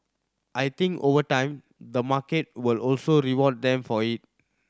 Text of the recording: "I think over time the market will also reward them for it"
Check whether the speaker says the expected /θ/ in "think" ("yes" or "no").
no